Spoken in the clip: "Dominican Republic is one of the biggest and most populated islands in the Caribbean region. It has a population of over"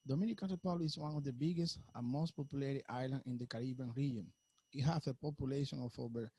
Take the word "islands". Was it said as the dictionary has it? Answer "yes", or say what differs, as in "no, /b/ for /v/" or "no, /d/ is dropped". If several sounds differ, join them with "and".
no, /z/ is dropped